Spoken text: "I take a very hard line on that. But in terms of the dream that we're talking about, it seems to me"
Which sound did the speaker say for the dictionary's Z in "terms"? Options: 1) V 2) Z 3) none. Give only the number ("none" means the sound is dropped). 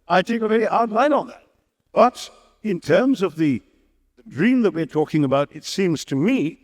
2